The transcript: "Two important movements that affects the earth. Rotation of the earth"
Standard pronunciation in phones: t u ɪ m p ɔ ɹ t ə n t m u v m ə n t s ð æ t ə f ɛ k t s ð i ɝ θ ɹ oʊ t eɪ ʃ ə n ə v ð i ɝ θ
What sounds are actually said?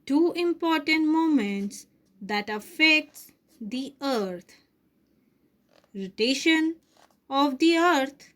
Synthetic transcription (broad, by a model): t u ɪ m p ɔ ɹ t ə n t m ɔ m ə n t s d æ t ə f ɛ k t s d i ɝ t ɹ oʊ t eɪ ʃ ə n ə v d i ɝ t